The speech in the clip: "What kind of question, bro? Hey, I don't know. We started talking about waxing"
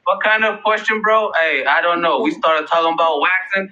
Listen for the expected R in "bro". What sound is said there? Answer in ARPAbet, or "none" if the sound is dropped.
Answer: R